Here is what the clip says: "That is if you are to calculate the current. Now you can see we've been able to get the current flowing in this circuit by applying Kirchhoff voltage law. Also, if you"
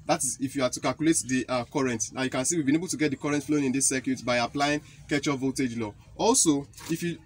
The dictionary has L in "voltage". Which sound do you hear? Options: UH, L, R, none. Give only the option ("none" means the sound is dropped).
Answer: none